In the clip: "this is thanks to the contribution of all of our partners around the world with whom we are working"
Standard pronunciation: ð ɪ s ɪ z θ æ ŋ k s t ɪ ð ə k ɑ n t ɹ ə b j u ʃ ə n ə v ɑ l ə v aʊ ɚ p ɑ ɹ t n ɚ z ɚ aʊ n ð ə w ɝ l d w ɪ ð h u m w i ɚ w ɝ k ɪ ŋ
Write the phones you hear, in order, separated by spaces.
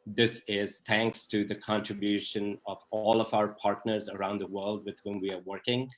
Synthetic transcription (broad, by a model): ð ɪ s ɪ z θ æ ŋ k s t ɪ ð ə k ɑ n t ɹ ə b j u ʃ ə n ə v ɑ l ə v aʊ ɚ p ɑ ɹ t n ɚ z ɚ aʊ n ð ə w ɝ l d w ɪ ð h u m w i ɚ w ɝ k ɪ ŋ